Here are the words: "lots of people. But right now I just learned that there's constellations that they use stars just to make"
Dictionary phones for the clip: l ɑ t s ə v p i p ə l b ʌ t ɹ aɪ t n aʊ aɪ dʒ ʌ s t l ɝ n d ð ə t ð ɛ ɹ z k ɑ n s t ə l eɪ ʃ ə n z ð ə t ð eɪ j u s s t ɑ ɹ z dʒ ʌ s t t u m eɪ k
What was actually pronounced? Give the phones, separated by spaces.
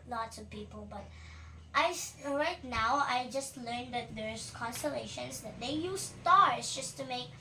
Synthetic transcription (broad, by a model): l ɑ t s ə v p i p ə l b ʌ t ɹ aɪ t n aʊ aɪ dʒ ʌ s t l ɝ n d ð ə t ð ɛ ɹ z k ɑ n s t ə l eɪ ʃ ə n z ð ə t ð eɪ j u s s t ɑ ɹ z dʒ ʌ s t t u m eɪ k